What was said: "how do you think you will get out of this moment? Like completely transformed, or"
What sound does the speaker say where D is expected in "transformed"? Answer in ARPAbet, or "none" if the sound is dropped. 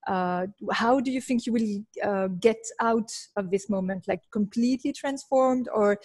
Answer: D